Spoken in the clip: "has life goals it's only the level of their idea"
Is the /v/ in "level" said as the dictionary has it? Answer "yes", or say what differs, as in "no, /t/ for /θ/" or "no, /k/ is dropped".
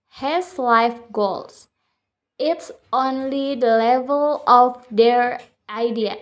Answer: yes